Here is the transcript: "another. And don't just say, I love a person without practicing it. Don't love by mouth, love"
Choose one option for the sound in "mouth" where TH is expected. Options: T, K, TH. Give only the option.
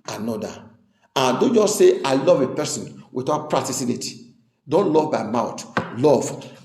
T